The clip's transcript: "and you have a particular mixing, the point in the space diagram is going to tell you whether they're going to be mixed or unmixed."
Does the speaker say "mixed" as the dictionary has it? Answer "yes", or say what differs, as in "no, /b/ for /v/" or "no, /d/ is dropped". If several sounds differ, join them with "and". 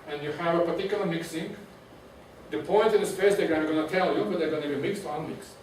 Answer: yes